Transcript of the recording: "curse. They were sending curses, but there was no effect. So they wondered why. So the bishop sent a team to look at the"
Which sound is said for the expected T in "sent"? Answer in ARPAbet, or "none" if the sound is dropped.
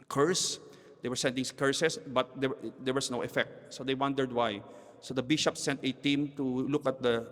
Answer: T